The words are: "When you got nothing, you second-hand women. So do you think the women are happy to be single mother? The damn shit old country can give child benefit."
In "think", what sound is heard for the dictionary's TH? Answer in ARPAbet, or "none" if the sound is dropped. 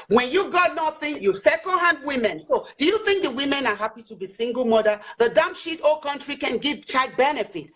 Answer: TH